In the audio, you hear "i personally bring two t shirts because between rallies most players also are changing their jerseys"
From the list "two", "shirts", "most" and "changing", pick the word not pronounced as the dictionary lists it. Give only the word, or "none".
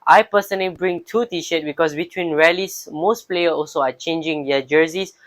shirts